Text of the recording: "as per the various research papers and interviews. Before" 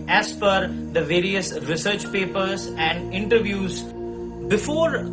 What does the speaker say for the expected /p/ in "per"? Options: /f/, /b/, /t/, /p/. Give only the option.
/f/